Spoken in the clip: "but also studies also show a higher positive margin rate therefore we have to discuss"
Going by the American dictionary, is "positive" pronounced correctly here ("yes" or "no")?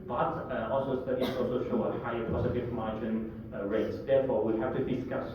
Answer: no